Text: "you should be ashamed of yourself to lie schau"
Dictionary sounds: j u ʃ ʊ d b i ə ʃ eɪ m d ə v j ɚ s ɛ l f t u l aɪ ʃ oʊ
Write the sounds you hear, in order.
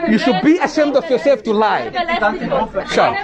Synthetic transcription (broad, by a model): j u ʃ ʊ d b i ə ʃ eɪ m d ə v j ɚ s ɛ f t u l aɪ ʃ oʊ